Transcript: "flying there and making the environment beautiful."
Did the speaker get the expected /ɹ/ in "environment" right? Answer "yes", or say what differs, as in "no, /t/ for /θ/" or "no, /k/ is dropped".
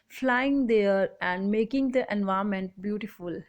no, /ɹ/ is dropped